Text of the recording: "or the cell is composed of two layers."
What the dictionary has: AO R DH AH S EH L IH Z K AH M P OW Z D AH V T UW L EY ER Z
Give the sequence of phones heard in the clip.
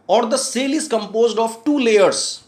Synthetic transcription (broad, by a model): AO R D AH S EH L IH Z K AH M P OW Z D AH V T UW L EY ER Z